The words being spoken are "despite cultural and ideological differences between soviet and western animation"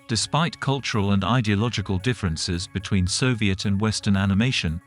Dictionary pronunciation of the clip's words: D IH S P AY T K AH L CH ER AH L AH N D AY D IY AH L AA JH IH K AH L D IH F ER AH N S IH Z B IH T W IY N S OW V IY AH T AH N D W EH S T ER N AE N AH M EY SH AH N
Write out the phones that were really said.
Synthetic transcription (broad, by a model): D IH S P AY T K AH L CH ER AH L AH N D AY D IY AH L AA JH IH K AH L D IH F ER AH N S IH Z B IH T W IY N S OW V IY AH T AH N W EH S T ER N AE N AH M EY SH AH N